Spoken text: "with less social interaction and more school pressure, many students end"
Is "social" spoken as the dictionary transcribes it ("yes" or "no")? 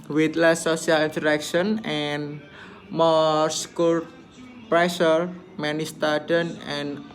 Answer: no